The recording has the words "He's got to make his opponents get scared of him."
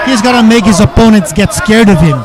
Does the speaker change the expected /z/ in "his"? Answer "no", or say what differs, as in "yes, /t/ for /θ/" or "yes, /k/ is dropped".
no